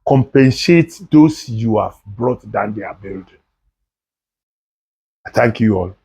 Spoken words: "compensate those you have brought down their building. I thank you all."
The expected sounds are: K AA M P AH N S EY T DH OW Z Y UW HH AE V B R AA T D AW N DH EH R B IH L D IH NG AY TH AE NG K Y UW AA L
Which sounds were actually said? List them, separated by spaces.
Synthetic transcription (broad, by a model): K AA M P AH N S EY T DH OW S Y UW HH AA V B R AA T D AW N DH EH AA B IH L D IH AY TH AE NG K Y UW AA L